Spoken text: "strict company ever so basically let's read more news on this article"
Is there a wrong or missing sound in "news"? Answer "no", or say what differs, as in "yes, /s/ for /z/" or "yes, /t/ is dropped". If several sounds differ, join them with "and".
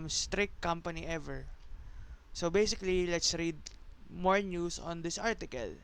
yes, /s/ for /z/